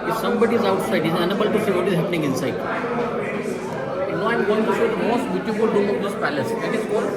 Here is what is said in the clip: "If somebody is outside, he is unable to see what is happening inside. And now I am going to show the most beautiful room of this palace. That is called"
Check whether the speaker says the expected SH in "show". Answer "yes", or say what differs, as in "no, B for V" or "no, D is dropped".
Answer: no, S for SH